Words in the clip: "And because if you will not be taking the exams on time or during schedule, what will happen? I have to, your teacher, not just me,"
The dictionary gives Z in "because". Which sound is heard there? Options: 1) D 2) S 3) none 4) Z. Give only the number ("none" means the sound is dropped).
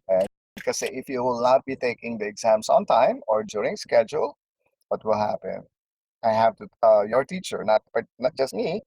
3